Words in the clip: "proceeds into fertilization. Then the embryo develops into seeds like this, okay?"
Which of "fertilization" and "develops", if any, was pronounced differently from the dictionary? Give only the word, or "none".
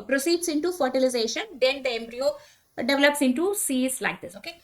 none